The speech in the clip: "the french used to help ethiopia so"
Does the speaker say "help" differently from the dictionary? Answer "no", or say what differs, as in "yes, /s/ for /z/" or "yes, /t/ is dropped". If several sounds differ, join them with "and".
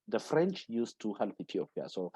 no